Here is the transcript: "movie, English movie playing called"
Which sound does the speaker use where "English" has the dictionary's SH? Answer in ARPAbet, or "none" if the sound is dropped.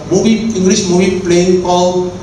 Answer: S